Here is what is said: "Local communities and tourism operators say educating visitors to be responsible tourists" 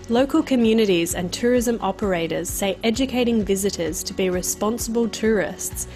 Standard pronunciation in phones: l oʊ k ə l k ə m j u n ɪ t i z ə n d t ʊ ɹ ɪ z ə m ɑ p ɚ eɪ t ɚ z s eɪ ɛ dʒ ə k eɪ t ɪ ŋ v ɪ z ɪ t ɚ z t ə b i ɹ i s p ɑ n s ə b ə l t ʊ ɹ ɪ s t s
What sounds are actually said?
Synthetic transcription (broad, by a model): l oʊ k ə l k ə m j u n ɪ t i z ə n t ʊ ɹ ɪ z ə m ɑ p ɚ eɪ t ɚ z s eɪ ɛ dʒ ə k eɪ t ɪ ŋ v ɪ z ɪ t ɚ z t ə b i ɹ i s p ɑ n s ə b ə l t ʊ ɹ ɪ s t s